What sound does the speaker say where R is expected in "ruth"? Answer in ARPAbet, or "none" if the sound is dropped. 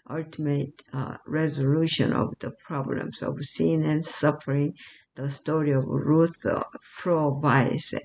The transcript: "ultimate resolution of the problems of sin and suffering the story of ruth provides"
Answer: R